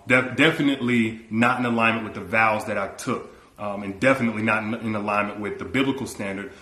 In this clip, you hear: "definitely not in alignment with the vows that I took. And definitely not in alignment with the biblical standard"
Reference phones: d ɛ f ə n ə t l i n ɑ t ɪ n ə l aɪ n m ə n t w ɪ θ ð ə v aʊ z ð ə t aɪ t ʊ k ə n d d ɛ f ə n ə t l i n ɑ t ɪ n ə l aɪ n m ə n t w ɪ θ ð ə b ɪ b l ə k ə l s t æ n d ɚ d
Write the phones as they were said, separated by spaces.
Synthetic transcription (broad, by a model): d ɛ f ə n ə t l i n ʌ t ɪ n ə l aɪ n m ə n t w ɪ ð ə v aʊ z ð ə t aɪ t ʊ k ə n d d ɛ f ə n ə t l i n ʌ t ɪ n ə l aɪ n m ə n t w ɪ ð ə b ɪ b l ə k l s t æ n d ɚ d